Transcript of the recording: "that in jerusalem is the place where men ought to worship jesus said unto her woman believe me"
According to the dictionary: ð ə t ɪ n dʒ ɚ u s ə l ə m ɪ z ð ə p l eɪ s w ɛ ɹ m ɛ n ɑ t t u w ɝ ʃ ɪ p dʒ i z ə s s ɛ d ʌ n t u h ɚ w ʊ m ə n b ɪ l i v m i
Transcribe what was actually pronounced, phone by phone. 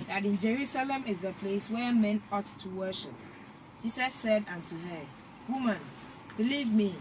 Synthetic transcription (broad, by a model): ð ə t ɪ n dʒ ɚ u s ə l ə m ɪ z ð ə p l eɪ s w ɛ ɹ m ɛ n ɑ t t u w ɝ ʃ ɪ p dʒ i s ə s s ɛ d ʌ n t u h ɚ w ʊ m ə n b ɪ l i v m i